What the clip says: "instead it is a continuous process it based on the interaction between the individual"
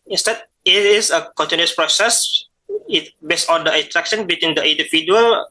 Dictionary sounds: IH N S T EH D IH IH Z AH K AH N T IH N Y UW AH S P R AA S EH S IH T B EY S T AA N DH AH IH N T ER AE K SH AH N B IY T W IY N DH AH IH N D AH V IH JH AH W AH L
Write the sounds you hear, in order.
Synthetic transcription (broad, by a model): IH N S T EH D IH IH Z AH K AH N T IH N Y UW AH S P R AA S EH S IH T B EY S AA N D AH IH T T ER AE K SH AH N B IY T W IY N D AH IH N D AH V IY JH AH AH L